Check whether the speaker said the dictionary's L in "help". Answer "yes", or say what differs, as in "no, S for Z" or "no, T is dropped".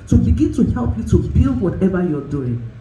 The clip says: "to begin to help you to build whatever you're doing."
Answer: yes